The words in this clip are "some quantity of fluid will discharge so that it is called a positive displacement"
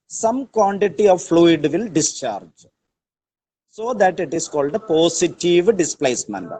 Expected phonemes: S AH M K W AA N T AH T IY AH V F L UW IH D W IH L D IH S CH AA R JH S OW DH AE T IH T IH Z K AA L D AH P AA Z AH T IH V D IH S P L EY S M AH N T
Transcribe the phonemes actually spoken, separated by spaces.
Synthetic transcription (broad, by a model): S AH M K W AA N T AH T IY AH V F L UW IH D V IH L D IH S CH AA R JH S OW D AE T IH T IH S K AA L D AH P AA S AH T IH V D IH S P L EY S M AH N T